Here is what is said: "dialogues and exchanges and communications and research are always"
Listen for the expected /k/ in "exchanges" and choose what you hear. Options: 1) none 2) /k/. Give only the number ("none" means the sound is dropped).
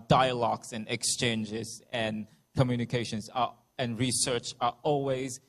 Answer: 2